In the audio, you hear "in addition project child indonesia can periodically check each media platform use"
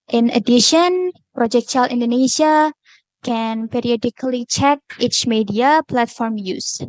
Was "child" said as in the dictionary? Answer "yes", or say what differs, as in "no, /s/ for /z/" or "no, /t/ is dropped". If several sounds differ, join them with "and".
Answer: no, /d/ is dropped